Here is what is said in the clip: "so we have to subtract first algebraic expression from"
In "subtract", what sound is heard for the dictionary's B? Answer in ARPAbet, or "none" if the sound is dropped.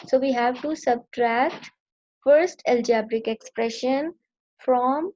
B